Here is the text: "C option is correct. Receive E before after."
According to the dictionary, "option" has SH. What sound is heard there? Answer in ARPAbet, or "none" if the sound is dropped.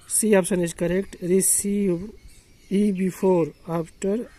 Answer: S